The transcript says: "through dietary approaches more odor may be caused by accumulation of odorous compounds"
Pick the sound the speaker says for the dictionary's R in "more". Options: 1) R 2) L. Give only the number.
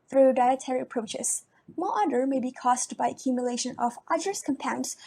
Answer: 2